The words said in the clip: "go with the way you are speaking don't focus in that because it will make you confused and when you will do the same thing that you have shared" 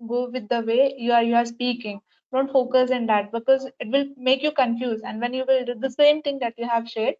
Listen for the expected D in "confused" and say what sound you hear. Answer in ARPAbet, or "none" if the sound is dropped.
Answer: none